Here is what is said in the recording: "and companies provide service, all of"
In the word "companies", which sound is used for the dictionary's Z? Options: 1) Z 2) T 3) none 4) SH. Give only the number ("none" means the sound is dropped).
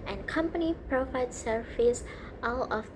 3